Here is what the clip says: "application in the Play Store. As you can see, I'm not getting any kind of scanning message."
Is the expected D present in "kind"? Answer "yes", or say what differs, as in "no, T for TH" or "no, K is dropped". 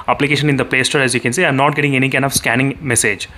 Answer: no, D is dropped